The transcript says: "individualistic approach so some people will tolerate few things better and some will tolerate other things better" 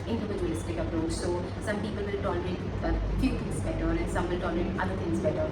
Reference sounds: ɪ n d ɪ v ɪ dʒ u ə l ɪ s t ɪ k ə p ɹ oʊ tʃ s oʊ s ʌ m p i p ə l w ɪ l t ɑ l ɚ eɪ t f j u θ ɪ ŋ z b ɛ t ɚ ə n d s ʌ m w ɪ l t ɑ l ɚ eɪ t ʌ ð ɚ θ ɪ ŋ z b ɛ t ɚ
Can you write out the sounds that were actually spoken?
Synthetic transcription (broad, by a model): ɪ n d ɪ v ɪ dʒ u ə l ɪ s t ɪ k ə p ɹ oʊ s s oʊ s ʌ m p i p ə l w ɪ l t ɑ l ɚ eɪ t f j u t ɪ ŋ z b ɛ t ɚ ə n s ʌ m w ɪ l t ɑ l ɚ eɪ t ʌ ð ɚ t ɪ ŋ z b ɛ t ɚ